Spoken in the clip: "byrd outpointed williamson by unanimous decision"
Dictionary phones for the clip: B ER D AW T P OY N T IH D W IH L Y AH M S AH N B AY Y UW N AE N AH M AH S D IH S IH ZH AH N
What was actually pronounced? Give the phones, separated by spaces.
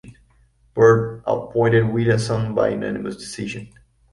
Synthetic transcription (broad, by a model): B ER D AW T P OY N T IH D W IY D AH S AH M B AY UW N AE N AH M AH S D IH S IH ZH AH N